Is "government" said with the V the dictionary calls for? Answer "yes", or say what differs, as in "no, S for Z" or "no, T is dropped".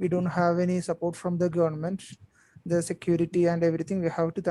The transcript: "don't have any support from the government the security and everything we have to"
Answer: yes